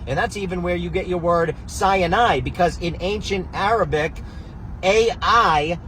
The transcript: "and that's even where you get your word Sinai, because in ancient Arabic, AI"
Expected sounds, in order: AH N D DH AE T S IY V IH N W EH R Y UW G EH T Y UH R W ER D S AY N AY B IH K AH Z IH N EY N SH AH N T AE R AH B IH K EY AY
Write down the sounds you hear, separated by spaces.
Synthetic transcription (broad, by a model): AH N DH AE T S IY V IH N W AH R Y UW G EH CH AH R W ER D S AY N AY B IH K AH Z IH N EY N SH AH N T AE R AH B IH K EY AY